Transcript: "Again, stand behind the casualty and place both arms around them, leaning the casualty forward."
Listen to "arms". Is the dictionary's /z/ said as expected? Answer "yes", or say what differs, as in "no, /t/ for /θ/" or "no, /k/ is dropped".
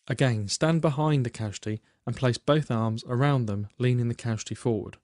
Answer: yes